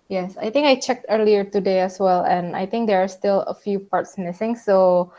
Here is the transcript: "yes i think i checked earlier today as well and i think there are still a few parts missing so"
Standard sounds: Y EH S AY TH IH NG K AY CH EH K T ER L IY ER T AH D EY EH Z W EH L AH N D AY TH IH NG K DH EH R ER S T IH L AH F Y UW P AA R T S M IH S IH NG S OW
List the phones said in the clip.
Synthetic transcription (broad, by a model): Y EH S AY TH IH NG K AY CH EH K T ER L IY ER T AH D EY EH S W EH L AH N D AY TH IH NG K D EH R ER S T IH L AH F Y UW P AA R T S M IH S IH NG S OW